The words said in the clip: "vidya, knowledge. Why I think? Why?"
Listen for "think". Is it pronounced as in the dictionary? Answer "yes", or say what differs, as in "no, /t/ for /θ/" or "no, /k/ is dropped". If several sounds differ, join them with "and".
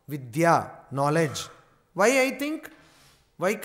no, /t/ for /θ/